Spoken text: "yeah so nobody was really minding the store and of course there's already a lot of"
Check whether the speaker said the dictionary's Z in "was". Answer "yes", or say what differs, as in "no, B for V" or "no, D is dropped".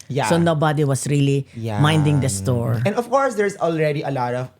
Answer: no, S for Z